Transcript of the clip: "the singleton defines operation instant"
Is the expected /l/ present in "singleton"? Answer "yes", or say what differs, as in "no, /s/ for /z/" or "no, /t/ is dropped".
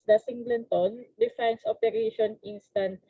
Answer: no, /n/ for /l/